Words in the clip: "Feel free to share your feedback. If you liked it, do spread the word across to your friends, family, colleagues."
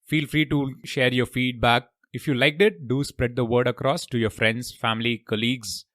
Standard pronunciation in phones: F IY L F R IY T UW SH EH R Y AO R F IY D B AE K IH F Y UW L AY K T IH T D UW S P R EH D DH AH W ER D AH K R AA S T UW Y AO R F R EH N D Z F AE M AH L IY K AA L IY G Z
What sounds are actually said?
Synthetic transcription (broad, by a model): F IY L F R IY T UW SH EH R Y AO R F IY D B AE K IH F Y UW L AY K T IH T D UW S P R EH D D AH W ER D AH K R AA S T UW Y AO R F R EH N D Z F AE M AH L IY K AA L IY G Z